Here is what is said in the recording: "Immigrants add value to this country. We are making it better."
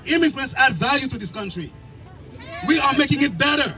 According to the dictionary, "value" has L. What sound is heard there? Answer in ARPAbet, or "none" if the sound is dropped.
L